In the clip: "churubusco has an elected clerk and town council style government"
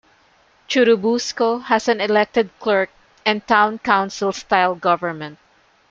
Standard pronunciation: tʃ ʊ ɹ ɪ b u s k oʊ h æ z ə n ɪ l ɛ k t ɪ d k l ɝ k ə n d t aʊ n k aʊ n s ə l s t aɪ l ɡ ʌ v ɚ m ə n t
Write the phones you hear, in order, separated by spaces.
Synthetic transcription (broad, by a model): tʃ ʊ ɹ ɪ b u s k oʊ h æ s ə n ɪ l ɛ k t ɪ d k l ɝ k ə n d t aʊ n k aʊ n s ə l s t aɪ l ɡ ʌ v ɚ m ə n t